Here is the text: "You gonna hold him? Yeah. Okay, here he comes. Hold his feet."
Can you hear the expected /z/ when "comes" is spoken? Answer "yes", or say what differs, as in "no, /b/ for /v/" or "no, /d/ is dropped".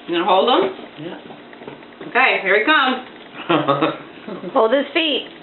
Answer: no, /z/ is dropped